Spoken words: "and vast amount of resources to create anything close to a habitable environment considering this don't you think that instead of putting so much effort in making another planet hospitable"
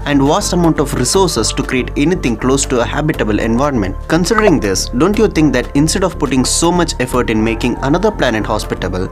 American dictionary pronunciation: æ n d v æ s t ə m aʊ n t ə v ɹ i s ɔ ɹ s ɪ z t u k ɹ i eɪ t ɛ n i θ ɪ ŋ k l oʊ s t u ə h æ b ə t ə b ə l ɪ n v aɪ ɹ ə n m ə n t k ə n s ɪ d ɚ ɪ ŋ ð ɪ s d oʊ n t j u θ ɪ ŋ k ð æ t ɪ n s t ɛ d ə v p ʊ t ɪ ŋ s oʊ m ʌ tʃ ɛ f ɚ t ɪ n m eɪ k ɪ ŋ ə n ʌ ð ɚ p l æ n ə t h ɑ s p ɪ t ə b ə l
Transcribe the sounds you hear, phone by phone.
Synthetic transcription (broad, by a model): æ n d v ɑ s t ə m aʊ n t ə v ɹ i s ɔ ɹ s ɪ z t u k ɹ i eɪ t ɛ n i t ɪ ŋ k l oʊ s t u ə h æ b ə t ə b ə l ɪ n v aɪ ɹ ə n m ə n t k ə n s ɪ d ɚ ɪ ŋ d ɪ s d oʊ n t j u t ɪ ŋ k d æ t ɪ n s t ɛ d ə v p ʊ t ɪ ŋ s oʊ m ʌ tʃ ɛ f ɚ t ɪ n m eɪ k ɪ ŋ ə n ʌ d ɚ p l æ n ə t h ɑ s p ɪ t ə b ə l